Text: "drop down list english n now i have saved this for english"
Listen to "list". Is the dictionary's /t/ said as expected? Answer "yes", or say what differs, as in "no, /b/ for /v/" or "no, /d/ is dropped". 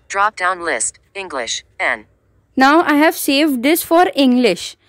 yes